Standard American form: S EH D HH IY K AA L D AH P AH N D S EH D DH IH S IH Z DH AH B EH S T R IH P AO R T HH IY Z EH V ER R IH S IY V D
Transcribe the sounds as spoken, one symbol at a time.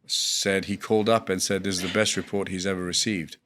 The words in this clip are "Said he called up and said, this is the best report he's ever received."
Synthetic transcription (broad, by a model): S EH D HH IY K AA L D AH P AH N S EH D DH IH IH Z DH AH B EH S T R IH P AO R T HH IY Z EH V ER R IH S IY V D